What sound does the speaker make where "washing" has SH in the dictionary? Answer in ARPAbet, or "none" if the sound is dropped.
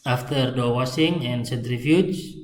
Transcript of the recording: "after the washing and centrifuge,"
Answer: S